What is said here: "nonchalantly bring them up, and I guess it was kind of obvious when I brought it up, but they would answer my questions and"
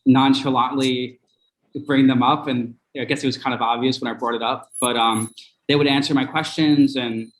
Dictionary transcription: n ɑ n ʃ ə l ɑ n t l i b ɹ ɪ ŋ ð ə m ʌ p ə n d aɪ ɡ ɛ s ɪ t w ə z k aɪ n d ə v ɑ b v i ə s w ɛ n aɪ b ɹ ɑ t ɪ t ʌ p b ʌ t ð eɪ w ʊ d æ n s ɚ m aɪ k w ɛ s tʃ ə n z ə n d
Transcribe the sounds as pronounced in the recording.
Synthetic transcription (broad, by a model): n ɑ n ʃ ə l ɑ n l i b ɹ ɪ ŋ ð ə m ʌ p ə n aɪ ɡ ɛ s ɪ t w ə z k aɪ n d ə v ɑ b v i ə s w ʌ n aɪ b ɹ ɑ t ɪ t ʌ p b ʌ t ð eɪ w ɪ d æ n s ɚ m aɪ k w ɛ s tʃ ə n z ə n